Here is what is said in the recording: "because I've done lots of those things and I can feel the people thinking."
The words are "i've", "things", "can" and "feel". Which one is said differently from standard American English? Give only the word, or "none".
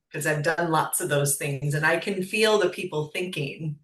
none